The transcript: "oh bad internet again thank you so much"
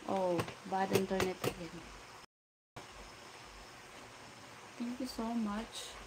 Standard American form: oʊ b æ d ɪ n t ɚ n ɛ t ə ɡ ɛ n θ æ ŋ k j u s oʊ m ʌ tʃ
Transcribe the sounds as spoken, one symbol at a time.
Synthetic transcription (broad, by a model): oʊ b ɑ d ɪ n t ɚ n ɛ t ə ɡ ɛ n t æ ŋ k j u s oʊ m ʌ tʃ